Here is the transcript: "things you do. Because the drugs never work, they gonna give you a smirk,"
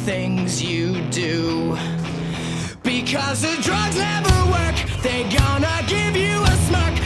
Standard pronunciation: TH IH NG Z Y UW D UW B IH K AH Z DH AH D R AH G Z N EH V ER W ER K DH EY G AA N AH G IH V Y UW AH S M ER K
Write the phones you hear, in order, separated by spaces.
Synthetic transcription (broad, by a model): TH IH NG Z Y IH D UW B IH K AH Z DH AH D R AH G Z N EH V ER W ER K DH EY G AA N AH G IH V Y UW AH S M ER K